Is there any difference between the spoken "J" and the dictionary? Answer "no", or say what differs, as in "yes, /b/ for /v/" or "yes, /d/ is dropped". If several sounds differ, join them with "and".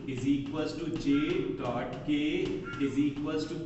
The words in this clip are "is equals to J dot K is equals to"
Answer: yes, /tʃ/ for /dʒ/